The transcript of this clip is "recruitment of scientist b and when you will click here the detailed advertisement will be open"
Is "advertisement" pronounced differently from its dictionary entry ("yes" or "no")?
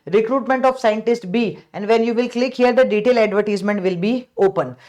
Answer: no